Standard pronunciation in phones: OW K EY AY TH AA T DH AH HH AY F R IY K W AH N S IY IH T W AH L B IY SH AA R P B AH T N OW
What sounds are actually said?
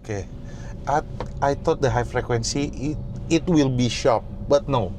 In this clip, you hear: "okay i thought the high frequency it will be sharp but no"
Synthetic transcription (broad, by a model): K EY AY T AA T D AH HH AY F R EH K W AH N S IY IH T W AH L B IY SH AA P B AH T N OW